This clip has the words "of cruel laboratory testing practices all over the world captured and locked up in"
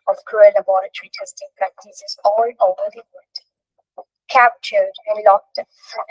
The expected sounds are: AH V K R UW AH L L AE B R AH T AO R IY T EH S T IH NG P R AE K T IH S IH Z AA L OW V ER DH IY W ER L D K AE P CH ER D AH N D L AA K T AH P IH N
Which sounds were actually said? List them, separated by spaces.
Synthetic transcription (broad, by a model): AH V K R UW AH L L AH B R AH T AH R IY T EH S T IH NG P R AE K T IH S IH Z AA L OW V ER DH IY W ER D K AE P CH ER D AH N L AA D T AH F